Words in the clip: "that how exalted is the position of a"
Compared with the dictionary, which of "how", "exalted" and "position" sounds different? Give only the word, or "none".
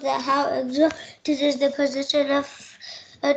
exalted